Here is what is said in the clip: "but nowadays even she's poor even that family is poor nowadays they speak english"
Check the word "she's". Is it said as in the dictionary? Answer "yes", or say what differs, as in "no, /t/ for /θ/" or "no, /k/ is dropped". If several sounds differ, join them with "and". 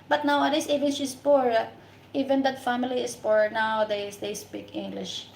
no, /s/ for /z/